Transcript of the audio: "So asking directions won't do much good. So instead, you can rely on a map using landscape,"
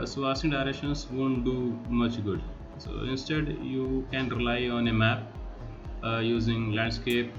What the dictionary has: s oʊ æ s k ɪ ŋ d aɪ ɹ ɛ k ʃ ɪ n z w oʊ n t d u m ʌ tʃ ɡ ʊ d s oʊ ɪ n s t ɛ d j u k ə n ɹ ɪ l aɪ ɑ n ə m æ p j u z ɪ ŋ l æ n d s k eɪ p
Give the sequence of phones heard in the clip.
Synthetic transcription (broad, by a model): s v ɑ s ɪ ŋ d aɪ ɹ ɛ k ʃ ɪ n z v oʊ n t d u m ʌ tʃ ɡ ʊ d s oʊ ɪ n s t ɛ d j u k ə n ɹ ɪ l aɪ ɑ n ə m æ p j u z ɪ ŋ l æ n d s k eɪ p